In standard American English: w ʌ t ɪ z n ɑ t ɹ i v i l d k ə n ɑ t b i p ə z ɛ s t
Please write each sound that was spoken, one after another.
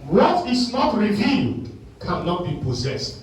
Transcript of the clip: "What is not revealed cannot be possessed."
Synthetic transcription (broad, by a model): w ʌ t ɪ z n ɑ t ɹ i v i n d k ə n ɑ t b i p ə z ɛ s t